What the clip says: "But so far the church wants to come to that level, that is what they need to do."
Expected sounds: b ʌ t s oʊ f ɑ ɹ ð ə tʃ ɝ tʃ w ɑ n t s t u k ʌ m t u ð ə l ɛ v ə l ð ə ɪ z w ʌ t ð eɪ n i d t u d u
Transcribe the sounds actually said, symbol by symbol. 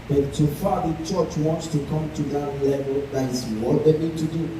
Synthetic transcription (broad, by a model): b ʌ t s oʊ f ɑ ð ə tʃ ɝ tʃ w ɑ n t s t u k ʌ m t u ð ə l ɛ v ə l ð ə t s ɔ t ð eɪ n i d t u d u